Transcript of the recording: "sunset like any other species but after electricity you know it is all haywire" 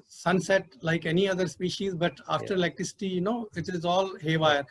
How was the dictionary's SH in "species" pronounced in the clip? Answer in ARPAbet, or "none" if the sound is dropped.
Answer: SH